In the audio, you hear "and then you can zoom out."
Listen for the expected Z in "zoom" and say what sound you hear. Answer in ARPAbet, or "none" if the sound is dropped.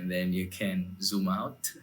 Z